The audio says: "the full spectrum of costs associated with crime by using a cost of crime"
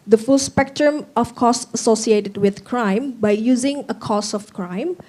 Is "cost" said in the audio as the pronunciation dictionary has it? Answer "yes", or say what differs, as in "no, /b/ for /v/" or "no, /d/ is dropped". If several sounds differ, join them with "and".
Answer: no, /t/ is dropped